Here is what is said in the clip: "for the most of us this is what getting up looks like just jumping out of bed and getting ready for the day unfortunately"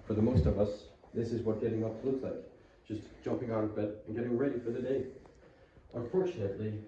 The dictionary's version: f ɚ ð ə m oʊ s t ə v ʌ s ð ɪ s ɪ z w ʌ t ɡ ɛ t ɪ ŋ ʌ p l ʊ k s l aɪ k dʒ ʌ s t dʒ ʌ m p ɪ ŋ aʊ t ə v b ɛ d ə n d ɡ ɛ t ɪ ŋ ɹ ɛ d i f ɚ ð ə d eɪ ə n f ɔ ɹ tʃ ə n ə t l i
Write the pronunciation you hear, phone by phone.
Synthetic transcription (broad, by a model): f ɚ ð ə m oʊ s t ə v ʌ s ð ɪ s ɪ z w ʌ t ɡ ɛ t ɪ ŋ ʌ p l ʊ k s l aɪ k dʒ ʌ s dʒ ʌ m p ɪ ŋ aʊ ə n b ɛ d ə n ɡ ɛ t ɪ ŋ ɹ ɛ d i f ɚ ð ə d eɪ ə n f ɔ ɹ tʃ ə n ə t l i